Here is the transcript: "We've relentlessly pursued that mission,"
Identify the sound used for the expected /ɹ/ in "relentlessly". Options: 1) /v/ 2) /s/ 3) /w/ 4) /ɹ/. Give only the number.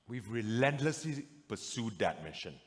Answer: 4